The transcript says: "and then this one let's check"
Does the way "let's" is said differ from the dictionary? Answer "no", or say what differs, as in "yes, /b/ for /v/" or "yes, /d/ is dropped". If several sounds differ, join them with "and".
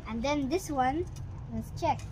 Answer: yes, /w/ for /l/